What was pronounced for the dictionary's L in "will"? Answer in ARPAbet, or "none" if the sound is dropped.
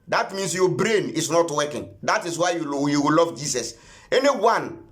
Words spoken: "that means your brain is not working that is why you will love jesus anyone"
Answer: W